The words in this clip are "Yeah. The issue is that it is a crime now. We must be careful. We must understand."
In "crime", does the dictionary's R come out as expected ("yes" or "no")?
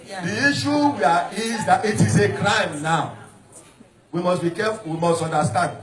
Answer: yes